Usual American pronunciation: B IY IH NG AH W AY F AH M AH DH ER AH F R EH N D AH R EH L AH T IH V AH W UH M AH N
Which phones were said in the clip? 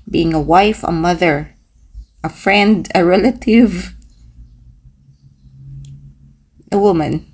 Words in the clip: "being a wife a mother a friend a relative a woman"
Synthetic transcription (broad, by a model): B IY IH NG AH W AY F AH M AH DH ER AH F R EH N D AH R EH L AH T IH V AH W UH M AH N